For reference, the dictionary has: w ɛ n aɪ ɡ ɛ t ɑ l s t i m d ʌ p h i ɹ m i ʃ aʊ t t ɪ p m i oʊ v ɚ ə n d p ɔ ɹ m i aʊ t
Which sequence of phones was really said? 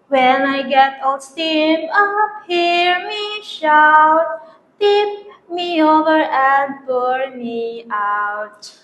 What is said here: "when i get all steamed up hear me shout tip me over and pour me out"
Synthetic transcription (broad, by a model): w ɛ n aɪ ɡ ɛ t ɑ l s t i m ʌ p h i ɹ m i ʃ aʊ t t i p m i oʊ v ɚ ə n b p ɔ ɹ m i aʊ t